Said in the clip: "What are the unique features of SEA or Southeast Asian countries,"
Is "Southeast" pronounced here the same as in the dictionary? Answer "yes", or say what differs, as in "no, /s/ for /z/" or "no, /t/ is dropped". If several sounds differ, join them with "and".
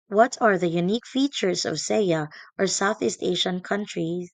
yes